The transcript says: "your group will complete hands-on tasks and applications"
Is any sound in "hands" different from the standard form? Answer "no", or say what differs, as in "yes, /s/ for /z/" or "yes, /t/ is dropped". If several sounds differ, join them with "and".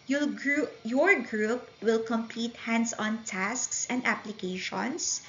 yes, /s/ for /z/